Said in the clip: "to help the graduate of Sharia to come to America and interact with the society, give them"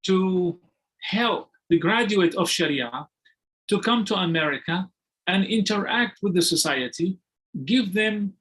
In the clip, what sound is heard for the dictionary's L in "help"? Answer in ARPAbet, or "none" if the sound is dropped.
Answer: L